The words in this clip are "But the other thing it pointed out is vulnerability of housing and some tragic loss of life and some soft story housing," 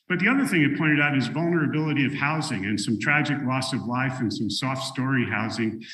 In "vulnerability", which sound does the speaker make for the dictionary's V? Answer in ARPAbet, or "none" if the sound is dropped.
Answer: V